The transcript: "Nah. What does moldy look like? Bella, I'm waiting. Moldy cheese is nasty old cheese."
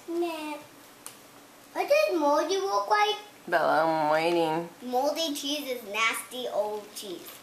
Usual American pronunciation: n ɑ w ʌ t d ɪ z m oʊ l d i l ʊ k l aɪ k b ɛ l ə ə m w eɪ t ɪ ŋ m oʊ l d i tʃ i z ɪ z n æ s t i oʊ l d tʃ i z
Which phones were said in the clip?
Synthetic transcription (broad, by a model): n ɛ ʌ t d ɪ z m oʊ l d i w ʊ k w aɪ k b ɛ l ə ə m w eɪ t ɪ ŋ m oʊ l d i tʃ i z ɪ z n æ s t i oʊ l d tʃ i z